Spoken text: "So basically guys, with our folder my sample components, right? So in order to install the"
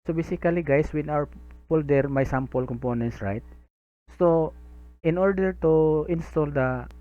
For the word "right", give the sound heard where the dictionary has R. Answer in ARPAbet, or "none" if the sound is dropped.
R